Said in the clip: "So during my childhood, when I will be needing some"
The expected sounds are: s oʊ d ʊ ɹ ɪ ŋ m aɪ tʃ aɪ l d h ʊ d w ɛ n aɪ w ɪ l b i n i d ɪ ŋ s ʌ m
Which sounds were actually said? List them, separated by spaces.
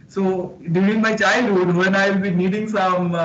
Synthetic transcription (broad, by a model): s oʊ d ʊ ɪ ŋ m aɪ tʃ aɪ l d h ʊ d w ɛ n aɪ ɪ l b i n i d ɪ ŋ s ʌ m